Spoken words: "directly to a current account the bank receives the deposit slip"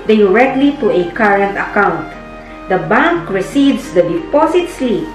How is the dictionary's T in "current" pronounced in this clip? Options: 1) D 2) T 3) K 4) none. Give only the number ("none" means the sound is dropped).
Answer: 2